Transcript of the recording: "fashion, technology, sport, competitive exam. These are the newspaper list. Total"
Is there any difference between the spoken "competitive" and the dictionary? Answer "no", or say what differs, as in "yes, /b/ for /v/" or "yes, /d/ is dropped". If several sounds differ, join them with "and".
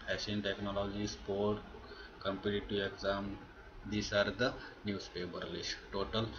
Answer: yes, /v/ is dropped